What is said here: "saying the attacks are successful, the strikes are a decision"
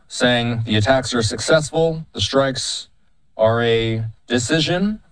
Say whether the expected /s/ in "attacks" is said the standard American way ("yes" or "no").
yes